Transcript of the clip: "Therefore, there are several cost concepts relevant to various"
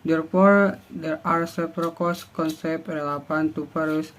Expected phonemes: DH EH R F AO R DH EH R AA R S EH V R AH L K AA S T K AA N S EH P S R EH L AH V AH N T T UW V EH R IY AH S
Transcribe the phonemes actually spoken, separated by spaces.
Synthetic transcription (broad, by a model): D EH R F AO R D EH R AA R S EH P R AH K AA S K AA N S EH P R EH L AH P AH N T T UW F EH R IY S